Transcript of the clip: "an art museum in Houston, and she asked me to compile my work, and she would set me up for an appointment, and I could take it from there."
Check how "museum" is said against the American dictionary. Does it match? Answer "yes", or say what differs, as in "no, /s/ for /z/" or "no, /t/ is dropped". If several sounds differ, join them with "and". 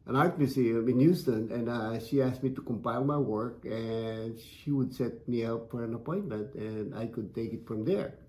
no, /s/ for /z/